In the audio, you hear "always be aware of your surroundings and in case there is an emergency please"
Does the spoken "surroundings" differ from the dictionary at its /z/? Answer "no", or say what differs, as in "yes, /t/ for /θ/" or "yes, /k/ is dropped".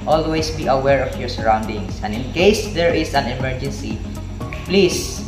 yes, /s/ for /z/